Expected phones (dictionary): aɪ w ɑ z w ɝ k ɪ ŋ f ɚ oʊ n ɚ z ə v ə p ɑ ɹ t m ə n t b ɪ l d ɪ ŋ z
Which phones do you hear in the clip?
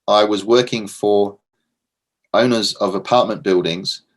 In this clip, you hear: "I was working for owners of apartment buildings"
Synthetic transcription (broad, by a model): aɪ w ɑ z w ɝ k ɪ ŋ f ɚ oʊ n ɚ z ə v ə p ɑ t m ə n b ɪ l d ɪ ŋ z